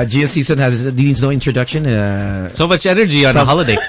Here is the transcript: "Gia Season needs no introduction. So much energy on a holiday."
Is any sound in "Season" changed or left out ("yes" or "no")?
yes